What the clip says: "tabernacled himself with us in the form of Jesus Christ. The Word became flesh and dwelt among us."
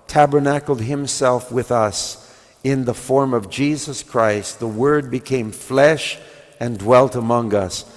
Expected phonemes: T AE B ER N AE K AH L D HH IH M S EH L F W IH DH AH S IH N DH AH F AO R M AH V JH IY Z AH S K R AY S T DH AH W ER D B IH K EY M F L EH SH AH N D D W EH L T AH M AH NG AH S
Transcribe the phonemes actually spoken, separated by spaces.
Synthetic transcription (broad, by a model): T AE B ER N AE K L D HH IH M S EH L F W IH DH AH S IH N DH AH F AO R M AH V JH IY Z AH S K R AY S T DH AH W ER D B IH K EY M F L EH SH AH N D D W EH L T AH M AH NG AH S